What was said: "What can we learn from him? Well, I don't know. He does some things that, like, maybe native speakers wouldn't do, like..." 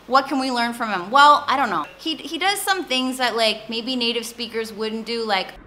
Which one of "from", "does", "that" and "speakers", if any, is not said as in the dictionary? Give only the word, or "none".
none